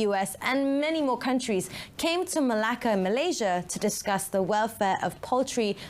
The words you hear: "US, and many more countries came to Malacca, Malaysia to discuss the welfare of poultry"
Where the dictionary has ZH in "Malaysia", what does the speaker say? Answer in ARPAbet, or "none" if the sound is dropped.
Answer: ZH